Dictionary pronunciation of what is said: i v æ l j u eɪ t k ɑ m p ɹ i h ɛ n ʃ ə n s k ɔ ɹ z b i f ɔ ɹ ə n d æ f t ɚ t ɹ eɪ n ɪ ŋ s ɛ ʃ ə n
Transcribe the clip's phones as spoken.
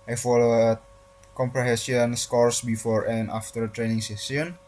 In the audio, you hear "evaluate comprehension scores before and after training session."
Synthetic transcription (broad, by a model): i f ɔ l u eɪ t k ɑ m p ɹ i h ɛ n s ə n s k ɔ ɹ s b i f ɔ ɹ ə n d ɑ f t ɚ t ɹ eɪ n ɪ ŋ s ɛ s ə n